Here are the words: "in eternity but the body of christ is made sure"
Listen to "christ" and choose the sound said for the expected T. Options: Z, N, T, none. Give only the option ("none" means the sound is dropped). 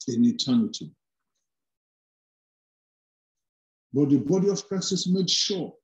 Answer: none